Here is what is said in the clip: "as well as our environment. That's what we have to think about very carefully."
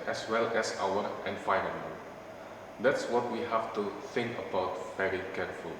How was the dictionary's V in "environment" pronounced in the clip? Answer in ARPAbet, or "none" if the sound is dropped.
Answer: F